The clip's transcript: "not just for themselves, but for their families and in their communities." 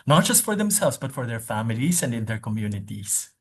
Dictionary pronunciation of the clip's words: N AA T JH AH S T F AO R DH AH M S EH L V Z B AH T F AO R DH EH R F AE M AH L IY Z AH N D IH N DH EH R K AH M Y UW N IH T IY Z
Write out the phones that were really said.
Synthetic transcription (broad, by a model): N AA T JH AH S T F AO R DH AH M S EH L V S B AH T F AO R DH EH R F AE M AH L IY S AH N D IH N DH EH R K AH M Y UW N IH T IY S